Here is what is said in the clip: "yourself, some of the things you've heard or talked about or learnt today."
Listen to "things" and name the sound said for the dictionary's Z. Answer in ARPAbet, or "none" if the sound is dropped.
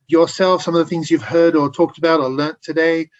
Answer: Z